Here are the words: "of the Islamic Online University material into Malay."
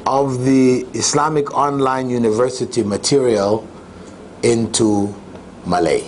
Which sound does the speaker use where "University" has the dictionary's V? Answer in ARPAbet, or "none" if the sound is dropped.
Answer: V